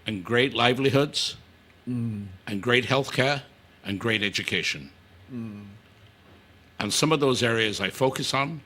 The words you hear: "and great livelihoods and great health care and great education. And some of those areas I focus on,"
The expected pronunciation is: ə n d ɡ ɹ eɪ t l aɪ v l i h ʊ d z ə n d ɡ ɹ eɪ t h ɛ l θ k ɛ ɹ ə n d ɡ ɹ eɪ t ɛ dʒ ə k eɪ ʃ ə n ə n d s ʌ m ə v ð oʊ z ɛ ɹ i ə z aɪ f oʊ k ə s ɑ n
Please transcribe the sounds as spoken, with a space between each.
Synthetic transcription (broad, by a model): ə n ɡ ɹ eɪ t l aɪ v l i h ʊ d z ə n ɡ ɹ eɪ t h ɛ l θ k ɛ ɹ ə n ɡ ɹ eɪ t ɛ dʒ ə k eɪ ʃ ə n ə n s ʌ m ə v ð oʊ z ɛ ɹ i ə z aɪ f oʊ k ə s n